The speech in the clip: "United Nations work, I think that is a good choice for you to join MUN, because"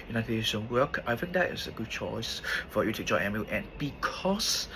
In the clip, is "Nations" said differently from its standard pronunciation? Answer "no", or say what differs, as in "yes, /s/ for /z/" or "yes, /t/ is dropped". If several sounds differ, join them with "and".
yes, /z/ is dropped